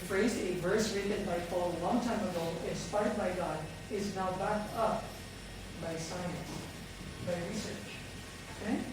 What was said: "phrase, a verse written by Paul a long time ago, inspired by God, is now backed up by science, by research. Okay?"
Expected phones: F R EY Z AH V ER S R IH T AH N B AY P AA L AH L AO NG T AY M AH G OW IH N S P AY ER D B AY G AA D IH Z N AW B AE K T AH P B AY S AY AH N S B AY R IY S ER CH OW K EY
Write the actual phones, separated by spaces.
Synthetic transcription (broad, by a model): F R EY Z AH V ER S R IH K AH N B AY F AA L AH L AO NG T AY M AH G OW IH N S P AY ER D B AY G AA D IH Z N AW B AE K T AH P B AY S AY AH N S B AY R IY S ER CH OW K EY